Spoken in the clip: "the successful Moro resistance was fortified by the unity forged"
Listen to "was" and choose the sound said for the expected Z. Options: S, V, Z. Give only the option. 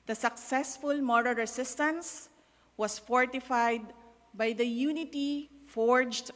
S